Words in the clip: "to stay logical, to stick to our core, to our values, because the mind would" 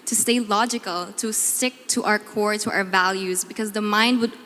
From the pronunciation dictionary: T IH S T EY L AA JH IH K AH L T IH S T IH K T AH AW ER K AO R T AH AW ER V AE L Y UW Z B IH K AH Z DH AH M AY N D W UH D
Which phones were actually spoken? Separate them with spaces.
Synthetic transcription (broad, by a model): T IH S T EY L AA JH IH K AH L T IH S T IH K T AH AW ER K AO R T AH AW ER V AE L Y UW Z B IH K AH Z DH AH M AY N D W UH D